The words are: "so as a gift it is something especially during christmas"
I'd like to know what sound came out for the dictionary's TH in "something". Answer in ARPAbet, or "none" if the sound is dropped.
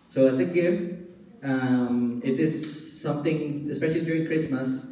T